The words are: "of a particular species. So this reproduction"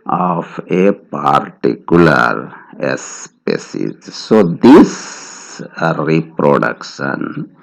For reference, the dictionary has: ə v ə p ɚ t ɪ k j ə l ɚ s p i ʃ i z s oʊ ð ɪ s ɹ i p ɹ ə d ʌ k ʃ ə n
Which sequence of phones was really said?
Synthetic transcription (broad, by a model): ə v ə p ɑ t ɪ k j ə l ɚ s p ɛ s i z s oʊ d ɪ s ɹ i p ɹ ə d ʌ k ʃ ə n